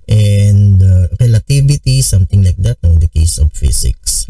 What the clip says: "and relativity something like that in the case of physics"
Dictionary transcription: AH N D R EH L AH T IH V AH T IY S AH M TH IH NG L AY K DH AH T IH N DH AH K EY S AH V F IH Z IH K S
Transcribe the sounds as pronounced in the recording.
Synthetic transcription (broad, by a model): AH N D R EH L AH T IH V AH T IY S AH M T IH NG L AY K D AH T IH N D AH K EY S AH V F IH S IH K S